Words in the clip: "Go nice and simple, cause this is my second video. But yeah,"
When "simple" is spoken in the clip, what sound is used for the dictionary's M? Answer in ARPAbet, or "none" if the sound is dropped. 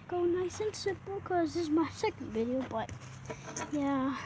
none